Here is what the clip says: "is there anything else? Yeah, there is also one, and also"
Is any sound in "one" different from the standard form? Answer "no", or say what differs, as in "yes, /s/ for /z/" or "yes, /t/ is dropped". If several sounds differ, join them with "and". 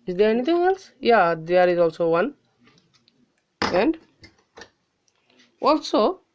no